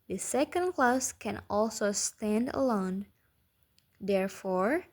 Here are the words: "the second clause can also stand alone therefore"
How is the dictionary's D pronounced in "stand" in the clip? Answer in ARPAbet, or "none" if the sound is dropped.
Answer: D